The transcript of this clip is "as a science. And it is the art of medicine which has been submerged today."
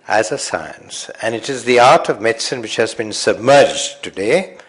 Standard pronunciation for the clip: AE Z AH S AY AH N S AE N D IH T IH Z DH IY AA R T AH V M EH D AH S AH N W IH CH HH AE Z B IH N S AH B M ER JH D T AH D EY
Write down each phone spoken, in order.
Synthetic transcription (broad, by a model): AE Z AH S AY AH N S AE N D IH T IH Z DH IY AA R T AH V M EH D S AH N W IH CH HH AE Z B IH N S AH B M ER JH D T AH D EY